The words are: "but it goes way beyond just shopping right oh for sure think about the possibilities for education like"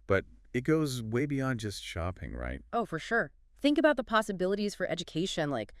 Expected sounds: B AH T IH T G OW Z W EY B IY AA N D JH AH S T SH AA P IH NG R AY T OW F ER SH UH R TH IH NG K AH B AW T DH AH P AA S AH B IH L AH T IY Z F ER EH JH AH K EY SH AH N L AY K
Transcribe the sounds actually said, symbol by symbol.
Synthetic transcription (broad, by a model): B AH T IH T G OW Z W EY B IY AA N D JH AH S T SH AA P IH NG R AY T OW F ER SH UH R TH IH NG K AH B AW T DH AH P AA S AH B IH L AH T IY Z F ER EH JH AH K EY SH AH N L AY K